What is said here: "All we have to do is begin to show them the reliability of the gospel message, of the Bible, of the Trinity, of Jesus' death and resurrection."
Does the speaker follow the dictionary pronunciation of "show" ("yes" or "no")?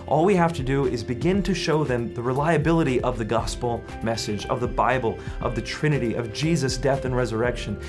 yes